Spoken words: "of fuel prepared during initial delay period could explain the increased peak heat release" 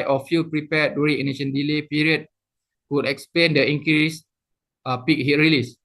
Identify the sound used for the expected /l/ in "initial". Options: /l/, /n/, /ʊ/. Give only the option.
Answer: /n/